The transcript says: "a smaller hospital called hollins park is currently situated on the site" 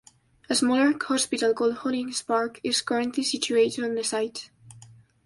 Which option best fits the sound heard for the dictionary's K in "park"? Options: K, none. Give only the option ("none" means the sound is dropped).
K